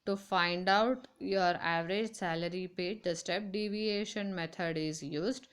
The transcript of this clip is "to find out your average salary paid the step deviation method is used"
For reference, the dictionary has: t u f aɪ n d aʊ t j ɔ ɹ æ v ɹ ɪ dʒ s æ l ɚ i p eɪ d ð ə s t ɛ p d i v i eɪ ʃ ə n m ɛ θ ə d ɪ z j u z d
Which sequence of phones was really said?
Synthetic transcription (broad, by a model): t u f aɪ n d aʊ t j ɔ ɹ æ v ɹ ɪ dʒ s æ l ɚ i p eɪ d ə s t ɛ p d i v i eɪ ʃ ə n m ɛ t ə d ɪ z j u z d